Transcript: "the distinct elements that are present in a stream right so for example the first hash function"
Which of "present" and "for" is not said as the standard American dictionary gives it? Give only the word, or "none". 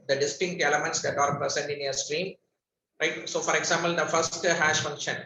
present